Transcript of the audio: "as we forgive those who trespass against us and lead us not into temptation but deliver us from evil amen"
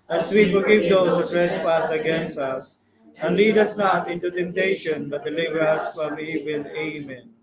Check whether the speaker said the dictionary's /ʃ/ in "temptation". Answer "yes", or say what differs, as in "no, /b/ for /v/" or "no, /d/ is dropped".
yes